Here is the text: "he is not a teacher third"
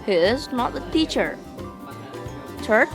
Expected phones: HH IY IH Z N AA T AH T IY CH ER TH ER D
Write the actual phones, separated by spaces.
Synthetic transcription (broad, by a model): HH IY IH Z N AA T AH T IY CH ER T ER